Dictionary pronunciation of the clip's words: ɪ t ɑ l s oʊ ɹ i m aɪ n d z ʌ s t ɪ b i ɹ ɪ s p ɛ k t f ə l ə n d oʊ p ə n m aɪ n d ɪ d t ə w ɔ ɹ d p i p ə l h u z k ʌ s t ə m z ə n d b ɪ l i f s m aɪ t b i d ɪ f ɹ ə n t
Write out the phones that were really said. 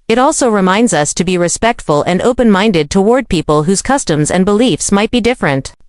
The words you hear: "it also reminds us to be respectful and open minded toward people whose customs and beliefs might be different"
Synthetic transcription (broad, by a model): ɪ t ɑ l s oʊ ɹ i m aɪ n d z ʌ s t ɪ b i ɹ ɪ s p ɛ k t f ə l ə n d oʊ p ə n m aɪ n d ɪ d t ə w ɔ ɹ d p i p ə l h u z k ʌ s t ə m z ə n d b ɪ l i f s m aɪ t b i d ɪ f ɹ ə n t